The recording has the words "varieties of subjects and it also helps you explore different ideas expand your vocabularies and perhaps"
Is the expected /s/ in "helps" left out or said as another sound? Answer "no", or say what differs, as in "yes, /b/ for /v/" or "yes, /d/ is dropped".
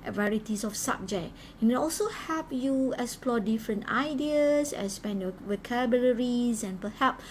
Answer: yes, /s/ is dropped